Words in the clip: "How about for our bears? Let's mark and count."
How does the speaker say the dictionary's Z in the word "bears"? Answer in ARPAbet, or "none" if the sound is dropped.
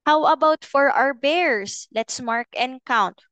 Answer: S